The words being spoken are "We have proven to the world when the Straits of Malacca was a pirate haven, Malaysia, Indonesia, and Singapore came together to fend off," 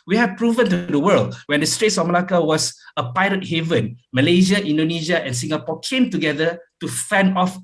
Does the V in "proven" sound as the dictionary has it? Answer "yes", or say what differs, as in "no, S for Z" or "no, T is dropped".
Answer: yes